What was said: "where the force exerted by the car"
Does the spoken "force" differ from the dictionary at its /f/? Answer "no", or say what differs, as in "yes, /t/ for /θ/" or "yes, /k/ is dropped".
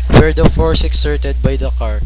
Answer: no